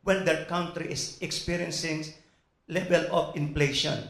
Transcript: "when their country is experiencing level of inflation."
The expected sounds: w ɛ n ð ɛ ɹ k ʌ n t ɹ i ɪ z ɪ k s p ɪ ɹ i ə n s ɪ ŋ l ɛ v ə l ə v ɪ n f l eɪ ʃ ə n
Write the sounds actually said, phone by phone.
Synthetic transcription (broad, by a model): w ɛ n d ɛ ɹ k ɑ n t ɹ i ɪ s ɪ k s p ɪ ɹ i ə n s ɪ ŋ l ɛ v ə l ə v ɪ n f l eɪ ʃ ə n